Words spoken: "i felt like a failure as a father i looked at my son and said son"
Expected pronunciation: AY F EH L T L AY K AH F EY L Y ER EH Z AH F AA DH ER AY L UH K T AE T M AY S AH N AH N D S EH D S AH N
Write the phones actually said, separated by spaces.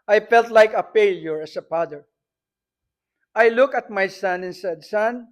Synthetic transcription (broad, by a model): AY F EH L T L AY K AH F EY L Y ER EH S AH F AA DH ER AY L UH K AH T M AY S AH N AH N S EH D S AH N